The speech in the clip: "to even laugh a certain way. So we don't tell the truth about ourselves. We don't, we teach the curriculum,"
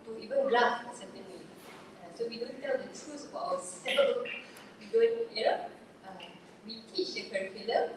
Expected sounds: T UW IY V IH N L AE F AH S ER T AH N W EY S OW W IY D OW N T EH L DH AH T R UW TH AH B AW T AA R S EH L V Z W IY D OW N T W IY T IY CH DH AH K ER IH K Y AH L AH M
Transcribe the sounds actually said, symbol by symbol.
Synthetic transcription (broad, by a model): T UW IY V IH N L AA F AH S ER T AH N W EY S OW W IY D OW N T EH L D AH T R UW S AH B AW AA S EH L W IY D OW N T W IY T IY CH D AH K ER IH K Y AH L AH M